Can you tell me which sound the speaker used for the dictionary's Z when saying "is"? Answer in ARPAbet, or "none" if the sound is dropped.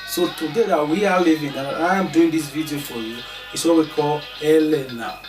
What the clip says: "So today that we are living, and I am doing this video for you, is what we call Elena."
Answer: S